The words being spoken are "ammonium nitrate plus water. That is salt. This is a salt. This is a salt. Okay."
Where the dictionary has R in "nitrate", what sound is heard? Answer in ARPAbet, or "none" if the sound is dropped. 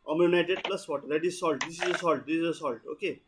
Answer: none